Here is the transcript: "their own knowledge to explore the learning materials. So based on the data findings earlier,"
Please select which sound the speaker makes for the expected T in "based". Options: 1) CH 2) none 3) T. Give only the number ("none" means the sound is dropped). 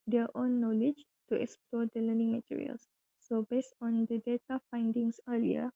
3